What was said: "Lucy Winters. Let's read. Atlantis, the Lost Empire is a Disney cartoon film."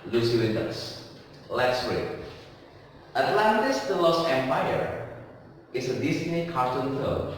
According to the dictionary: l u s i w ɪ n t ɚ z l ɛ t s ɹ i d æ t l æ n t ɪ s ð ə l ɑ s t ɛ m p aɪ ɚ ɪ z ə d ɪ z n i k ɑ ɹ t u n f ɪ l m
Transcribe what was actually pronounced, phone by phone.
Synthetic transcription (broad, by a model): l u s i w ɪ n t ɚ s l ɛ t s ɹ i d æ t l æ n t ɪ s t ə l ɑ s ɛ m p aɪ ɚ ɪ s ə d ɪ s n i k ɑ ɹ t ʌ n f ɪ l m